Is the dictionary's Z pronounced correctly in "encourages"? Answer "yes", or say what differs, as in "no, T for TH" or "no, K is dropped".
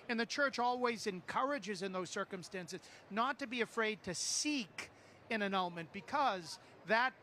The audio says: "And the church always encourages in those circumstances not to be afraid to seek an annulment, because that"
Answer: yes